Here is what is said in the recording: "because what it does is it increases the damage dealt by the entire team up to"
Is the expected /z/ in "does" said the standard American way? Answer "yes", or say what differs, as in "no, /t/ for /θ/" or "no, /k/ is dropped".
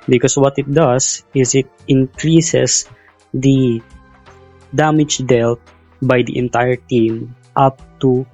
no, /s/ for /z/